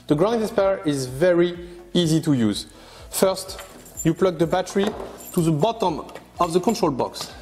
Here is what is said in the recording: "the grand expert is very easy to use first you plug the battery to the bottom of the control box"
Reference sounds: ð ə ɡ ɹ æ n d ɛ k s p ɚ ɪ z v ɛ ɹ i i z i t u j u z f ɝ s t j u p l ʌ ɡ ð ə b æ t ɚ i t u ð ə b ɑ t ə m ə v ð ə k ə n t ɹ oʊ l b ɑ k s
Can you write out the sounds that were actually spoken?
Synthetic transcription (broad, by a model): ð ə ɡ ɹ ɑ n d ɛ s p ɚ ɪ z v ɛ ɹ i i z i t u j u z f ɝ s t j u p l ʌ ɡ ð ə b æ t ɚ i t u ð ə b ɑ t ə m ə v ð ə k ə n t ɹ oʊ l b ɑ k s